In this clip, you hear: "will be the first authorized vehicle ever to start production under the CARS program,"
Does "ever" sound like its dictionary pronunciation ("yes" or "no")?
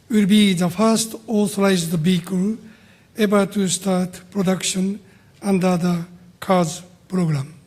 no